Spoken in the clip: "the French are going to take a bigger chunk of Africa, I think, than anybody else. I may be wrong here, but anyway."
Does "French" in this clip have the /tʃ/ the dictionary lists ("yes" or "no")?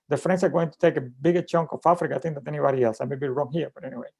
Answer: no